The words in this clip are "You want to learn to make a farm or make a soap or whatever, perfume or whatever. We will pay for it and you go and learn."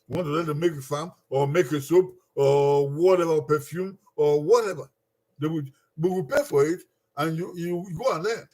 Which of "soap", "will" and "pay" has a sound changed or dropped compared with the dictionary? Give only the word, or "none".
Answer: will